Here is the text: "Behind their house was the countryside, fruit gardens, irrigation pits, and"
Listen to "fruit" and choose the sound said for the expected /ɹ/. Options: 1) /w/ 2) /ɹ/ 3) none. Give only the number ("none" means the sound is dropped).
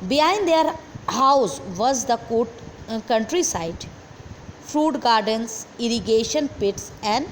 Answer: 2